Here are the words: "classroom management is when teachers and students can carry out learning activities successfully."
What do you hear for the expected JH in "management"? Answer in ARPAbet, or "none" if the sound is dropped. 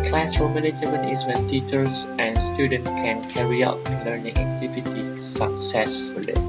none